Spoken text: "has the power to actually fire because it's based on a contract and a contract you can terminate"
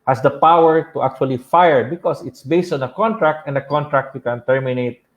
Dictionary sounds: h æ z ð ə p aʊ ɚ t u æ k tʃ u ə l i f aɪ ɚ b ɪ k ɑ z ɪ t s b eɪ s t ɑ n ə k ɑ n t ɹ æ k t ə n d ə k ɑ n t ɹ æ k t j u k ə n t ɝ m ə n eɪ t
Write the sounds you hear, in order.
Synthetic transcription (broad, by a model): h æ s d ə p aʊ ɚ t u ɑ k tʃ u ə l i f aɪ ɚ b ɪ k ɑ s ɪ t s b eɪ s t ɑ n ə k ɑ n t ɹ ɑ k t ə n d ə k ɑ n t ɹ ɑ k t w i k ə n t ɝ m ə n eɪ t